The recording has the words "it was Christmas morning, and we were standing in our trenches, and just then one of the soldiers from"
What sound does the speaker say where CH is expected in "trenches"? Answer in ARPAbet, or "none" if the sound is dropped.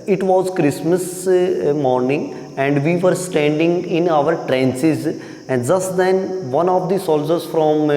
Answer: S